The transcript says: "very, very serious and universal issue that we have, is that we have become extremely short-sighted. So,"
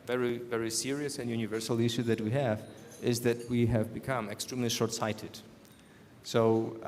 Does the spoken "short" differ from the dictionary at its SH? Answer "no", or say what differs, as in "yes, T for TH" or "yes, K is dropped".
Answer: no